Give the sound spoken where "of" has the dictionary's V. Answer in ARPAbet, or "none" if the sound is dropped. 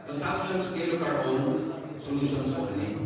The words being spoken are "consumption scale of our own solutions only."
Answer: P